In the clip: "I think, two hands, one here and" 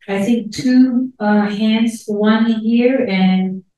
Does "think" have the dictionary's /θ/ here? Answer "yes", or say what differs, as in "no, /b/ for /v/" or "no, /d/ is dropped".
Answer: yes